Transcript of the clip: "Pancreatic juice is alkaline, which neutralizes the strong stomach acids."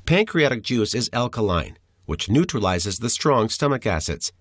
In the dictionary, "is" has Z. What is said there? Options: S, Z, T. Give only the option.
Z